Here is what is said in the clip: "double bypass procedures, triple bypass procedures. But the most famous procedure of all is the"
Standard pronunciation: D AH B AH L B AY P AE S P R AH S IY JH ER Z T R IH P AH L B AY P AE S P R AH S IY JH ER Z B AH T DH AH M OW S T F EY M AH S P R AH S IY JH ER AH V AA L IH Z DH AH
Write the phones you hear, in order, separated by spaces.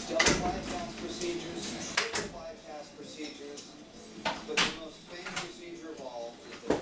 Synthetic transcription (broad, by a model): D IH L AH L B AY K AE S P R AH S IY JH ER Z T IH AH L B AY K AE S P R AH S IY JH ER Z B AH T DH AH M OW S T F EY AH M P R AH S IY JH ER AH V AA L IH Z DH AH